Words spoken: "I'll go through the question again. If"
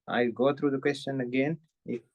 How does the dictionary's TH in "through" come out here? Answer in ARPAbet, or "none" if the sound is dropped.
T